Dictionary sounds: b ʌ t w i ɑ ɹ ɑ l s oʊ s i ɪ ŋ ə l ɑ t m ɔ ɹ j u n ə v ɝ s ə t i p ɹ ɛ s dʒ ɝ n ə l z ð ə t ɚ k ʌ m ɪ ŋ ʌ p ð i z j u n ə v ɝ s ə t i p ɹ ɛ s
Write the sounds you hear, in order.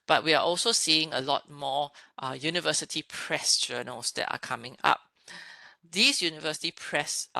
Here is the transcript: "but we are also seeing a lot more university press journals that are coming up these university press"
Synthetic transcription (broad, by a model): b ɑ t w i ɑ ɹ ɑ l s oʊ s i ɪ ŋ ə l ɑ t m ɔ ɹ j u n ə v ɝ s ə t i p ɹ ɛ s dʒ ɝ n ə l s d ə t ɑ k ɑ m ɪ ŋ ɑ p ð i s j u n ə v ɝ s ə t i p ɹ ɛ s